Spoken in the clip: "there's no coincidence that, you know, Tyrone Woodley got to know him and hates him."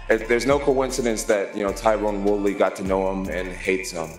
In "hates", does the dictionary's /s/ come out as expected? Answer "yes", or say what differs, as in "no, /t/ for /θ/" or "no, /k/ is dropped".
yes